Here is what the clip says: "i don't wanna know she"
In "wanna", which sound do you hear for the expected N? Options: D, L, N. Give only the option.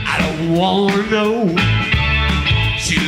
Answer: L